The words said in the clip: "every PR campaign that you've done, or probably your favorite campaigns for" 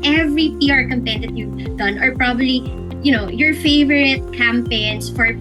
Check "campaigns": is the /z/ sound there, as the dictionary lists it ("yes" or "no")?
no